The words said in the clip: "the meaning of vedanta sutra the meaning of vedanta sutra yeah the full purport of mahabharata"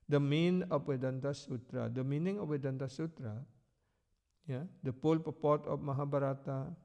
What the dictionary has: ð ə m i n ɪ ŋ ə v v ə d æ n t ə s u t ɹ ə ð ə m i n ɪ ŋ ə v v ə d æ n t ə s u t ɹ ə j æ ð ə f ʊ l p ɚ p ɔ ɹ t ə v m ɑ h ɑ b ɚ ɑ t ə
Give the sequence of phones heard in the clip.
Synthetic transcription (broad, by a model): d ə m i n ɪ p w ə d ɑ n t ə s u t ɹ ə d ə m i n ɪ ŋ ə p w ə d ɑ n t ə s u t ɹ ə j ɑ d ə p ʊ l p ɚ p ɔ t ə p m ɑ h ɑ b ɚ ɑ t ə